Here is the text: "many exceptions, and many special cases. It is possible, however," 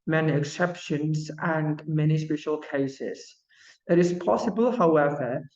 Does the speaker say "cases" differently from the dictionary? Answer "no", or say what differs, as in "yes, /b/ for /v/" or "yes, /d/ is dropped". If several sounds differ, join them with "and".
no